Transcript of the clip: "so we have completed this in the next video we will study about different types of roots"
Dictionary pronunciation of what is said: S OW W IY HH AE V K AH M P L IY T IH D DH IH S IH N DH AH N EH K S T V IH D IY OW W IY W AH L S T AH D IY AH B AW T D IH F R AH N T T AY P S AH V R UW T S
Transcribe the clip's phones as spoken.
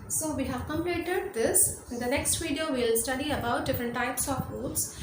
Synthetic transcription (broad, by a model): S OW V IY HH AE V K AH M L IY T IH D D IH S IH N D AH N EH K S T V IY D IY OW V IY L S T AH D IY AH B AW T D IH F R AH N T T AY P S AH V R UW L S